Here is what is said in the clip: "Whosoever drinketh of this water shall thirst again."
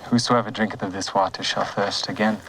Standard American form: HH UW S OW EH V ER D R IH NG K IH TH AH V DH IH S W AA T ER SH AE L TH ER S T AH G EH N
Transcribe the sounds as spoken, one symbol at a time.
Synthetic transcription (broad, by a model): HH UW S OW EH V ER D R IH NG K IH TH AH V DH IH S W AA T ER SH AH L TH ER S T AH G EH N